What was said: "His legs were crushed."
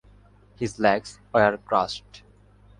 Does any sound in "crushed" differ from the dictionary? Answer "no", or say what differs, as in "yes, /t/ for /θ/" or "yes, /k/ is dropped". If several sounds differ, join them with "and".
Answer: yes, /s/ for /ʃ/